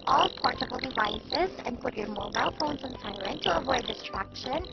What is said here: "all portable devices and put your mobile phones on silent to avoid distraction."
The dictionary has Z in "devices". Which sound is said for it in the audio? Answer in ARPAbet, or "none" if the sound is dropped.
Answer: Z